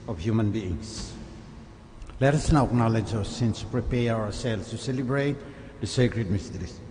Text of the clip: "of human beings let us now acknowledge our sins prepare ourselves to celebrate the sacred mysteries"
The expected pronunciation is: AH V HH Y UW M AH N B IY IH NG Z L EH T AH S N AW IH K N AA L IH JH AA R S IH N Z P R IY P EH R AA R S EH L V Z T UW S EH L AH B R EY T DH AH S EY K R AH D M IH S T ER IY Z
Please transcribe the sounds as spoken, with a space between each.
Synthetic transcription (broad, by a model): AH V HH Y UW M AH N B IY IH NG S L EH T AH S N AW IH K N AA L IH JH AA S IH N S P R IY P EH R AA W S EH L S T UW S EH L AH B R EY T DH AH S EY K R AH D M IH S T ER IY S